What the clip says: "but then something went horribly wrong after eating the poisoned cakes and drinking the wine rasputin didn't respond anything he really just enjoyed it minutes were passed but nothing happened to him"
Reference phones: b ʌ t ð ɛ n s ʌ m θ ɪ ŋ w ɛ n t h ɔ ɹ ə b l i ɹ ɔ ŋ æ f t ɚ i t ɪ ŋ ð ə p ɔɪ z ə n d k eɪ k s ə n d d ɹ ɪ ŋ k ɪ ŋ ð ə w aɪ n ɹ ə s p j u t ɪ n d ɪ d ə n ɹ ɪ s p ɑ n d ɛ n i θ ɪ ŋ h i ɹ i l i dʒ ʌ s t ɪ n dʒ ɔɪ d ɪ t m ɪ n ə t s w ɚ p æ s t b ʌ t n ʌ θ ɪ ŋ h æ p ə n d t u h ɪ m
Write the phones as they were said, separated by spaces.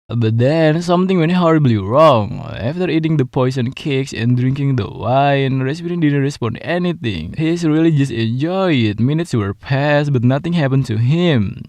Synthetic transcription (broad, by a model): b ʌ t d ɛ n s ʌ m t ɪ ŋ w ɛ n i h ɔ ɹ ə b l i ɹ ɔ ŋ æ f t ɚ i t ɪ ŋ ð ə p ɔɪ s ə n k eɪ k s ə n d d ɹ ɪ ŋ k ɪ ŋ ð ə w aɪ n ɹ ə s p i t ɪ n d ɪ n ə ɹ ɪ s p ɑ n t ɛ n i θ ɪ ŋ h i ɹ i l i dʒ ʌ s t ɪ n dʒ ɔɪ ɪ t m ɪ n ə t s w ɚ p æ s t b ʌ t n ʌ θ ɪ ŋ h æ p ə n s t u h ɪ m